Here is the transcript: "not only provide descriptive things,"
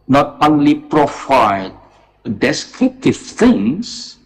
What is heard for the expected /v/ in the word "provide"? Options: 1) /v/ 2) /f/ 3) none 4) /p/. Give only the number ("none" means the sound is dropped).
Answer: 2